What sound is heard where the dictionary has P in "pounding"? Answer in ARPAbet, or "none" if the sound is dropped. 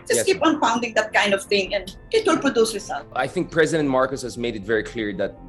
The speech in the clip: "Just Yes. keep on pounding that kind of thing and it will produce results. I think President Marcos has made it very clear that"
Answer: F